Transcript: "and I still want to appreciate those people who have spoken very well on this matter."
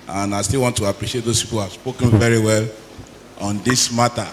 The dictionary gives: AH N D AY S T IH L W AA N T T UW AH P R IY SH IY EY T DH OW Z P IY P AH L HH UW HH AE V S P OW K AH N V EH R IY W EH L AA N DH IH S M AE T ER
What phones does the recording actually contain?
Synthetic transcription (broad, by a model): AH N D AY S T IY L W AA N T T UW AH P R IY SH IY EY T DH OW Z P IY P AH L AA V S P OW K AH N V EH R IY W EH L AA N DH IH S M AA T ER